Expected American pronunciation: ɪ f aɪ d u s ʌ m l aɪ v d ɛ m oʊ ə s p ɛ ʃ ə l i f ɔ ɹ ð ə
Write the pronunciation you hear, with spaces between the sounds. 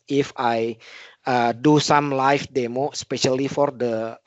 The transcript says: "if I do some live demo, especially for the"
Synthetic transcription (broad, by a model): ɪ f aɪ d u s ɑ m l aɪ f d ɛ m oʊ s p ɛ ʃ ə l i f ɔ ɹ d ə